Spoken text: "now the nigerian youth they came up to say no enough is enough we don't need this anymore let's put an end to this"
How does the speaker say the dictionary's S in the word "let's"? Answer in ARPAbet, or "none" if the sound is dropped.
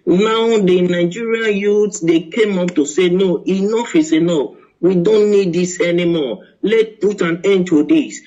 none